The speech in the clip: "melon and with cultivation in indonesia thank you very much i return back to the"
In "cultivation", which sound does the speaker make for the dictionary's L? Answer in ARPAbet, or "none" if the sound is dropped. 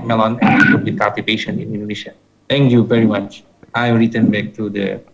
none